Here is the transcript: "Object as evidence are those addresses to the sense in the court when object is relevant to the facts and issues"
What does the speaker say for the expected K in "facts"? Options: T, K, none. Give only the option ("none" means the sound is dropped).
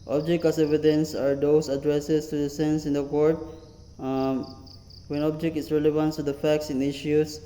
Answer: K